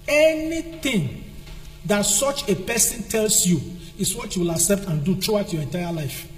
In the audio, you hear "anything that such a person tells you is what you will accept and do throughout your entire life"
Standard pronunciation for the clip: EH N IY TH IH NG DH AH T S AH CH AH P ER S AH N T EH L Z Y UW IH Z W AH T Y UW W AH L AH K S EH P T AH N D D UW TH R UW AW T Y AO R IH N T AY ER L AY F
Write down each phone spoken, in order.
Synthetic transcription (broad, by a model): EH N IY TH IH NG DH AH T S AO CH AH P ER S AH N T EH L S Y UW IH S W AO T Y UW W AH L AH K S EH P T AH N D D UW T R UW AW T Y AO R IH N T AY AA L AY F